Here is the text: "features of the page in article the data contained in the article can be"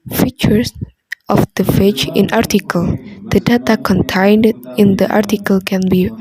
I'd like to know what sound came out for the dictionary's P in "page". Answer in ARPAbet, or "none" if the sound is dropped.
F